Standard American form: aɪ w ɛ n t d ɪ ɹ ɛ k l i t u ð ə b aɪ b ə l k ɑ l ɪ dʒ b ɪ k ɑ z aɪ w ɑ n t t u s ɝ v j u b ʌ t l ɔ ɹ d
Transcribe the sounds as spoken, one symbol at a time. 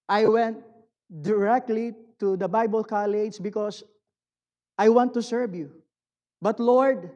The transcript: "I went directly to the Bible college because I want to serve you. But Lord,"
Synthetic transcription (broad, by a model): aɪ w ɛ n t d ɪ ɹ ɛ k l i t u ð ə b aɪ b ə l k ɑ l ɪ dʒ b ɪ k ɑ s aɪ w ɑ n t t u s ɝ v j u b ʌ t l ɔ ɹ d